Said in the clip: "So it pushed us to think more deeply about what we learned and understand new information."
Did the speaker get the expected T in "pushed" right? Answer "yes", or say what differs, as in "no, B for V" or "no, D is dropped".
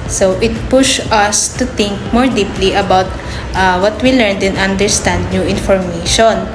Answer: no, T is dropped